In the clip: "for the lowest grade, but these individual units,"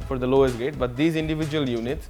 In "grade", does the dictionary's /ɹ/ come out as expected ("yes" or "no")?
no